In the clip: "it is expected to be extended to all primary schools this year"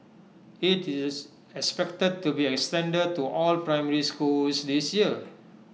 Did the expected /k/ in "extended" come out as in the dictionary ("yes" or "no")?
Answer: yes